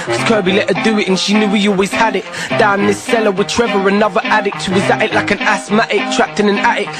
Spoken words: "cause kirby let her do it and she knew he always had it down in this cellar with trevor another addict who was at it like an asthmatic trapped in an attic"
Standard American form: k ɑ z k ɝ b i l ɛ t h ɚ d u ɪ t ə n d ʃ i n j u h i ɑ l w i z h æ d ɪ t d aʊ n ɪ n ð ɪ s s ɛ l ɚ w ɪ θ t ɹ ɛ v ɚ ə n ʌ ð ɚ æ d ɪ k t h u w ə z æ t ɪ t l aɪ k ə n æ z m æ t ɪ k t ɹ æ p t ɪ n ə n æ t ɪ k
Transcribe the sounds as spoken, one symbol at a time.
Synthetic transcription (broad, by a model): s k ɝ b i l ɛ t h ɚ d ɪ ɪ t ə n ʃ i n j u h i ɑ l w i z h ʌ d ɪ t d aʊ ɪ n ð ɪ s s ɛ l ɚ w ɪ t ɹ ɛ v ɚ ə n ʌ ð ɚ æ d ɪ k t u w ə z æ t ɪ t l aɪ k ə n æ s m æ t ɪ k t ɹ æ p t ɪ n ə n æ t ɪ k